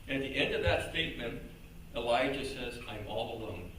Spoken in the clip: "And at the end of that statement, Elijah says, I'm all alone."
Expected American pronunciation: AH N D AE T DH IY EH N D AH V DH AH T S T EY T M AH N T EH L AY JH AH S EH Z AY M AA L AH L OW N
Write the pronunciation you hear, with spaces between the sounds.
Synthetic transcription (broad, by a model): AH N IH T DH IY EH N D AH V DH AH T S T EY T M AH N T EH L AY JH AH S EH Z AY M AA L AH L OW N